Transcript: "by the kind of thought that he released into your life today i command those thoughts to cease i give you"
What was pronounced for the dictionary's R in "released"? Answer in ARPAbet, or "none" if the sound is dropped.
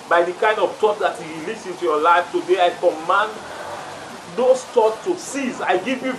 L